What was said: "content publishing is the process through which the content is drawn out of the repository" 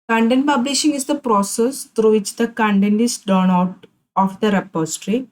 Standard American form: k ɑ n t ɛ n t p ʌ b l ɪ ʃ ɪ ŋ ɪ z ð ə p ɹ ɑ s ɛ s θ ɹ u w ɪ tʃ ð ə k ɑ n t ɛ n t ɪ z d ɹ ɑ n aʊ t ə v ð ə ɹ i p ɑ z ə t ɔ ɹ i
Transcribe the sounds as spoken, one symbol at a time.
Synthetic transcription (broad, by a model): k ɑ n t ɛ n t p ʌ b l ɪ ʃ ɪ ŋ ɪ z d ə p ɹ ɑ s ɛ s t ɹ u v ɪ tʃ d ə k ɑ n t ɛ n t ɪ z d ɑ n aʊ t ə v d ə ɹ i p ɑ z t ɹ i